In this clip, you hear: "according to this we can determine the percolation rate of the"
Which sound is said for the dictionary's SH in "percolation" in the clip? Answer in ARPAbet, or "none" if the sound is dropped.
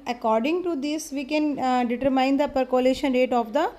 SH